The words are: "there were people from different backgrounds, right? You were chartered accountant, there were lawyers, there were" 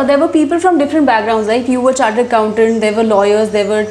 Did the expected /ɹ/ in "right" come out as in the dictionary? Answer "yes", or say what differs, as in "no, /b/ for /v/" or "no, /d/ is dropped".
no, /l/ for /ɹ/